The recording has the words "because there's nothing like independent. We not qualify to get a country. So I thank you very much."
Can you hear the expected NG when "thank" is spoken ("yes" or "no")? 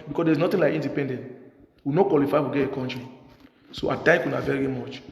no